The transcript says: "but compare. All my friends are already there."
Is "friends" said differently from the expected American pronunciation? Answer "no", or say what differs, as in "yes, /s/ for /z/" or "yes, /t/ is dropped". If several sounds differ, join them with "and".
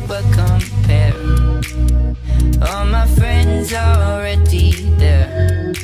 no